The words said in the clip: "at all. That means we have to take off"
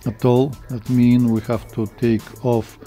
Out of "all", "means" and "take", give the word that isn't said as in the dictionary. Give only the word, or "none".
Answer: means